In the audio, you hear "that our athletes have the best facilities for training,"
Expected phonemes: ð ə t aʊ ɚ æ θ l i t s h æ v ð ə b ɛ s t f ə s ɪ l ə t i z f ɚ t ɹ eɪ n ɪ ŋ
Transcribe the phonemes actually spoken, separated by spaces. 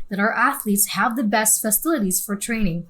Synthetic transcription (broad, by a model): ð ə t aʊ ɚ æ θ l i t s h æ v ð ə b ɛ s t f ə s ɪ l ə t i z f ɚ t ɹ eɪ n ɪ ŋ